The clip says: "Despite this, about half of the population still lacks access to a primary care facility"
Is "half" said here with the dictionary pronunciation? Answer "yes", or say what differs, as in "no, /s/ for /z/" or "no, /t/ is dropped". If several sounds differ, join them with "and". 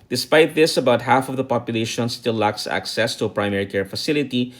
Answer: yes